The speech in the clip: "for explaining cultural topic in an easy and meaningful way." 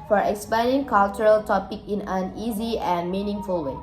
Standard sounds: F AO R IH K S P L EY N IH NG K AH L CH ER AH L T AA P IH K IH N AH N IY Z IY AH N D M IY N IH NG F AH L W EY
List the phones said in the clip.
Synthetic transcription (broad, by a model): F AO R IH K S P EY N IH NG K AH L CH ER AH L T AA P IH K IH N AH N IY Z IY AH N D M IY N IH NG F AH L W EY